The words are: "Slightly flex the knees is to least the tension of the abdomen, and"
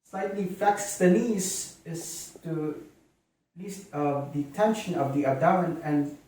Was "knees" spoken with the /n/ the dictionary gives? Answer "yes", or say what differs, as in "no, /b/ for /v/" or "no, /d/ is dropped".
no, /l/ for /n/